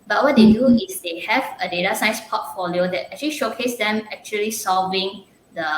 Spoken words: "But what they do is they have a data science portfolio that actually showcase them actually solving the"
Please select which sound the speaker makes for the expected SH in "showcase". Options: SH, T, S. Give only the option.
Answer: SH